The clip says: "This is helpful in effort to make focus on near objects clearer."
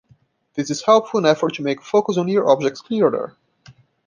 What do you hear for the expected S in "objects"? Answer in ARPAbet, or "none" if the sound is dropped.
S